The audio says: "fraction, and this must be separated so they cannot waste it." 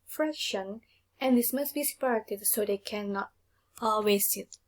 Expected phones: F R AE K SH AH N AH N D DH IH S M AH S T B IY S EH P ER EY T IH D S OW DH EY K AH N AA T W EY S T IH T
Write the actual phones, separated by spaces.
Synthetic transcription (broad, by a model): F R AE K SH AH N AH N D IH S M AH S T B IY S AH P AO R T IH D S OW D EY K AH N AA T W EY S IH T